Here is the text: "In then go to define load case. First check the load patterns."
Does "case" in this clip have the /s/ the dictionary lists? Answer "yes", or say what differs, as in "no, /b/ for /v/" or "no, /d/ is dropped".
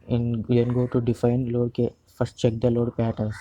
no, /s/ is dropped